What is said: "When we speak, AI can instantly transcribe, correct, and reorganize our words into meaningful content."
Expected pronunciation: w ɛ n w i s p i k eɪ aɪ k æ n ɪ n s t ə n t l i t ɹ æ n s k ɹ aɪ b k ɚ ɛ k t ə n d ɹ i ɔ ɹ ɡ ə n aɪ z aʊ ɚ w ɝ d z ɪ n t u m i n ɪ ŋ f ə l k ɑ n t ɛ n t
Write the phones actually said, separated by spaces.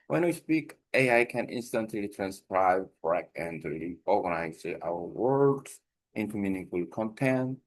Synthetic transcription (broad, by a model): w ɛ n w i s p i k eɪ aɪ k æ n ɪ n s t ə n t l i t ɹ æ n s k ɹ aɪ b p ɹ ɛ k ə n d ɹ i ɔ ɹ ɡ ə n aɪ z aʊ ɚ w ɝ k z ɪ n t u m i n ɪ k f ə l k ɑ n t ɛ n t